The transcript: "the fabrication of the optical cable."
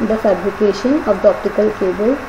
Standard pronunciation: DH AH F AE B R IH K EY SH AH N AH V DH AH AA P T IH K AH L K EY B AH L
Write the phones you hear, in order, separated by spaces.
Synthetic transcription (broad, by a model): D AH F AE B L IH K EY SH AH N AH V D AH AA P T IH K AH L K EY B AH L